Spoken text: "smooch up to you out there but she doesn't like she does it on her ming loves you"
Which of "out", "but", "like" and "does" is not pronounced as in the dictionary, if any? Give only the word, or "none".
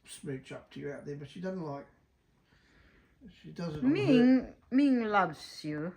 none